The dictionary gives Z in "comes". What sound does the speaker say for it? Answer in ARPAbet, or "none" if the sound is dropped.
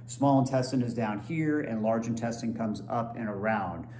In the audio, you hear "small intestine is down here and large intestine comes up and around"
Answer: Z